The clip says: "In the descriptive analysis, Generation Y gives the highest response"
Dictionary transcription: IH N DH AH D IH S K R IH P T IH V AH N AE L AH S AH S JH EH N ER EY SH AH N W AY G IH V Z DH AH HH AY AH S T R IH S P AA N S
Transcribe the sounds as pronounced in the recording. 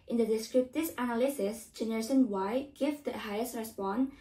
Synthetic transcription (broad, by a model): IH N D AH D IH S K R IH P T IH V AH N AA L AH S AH S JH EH N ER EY S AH N W AY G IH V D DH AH HH AY AH S T R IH S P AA N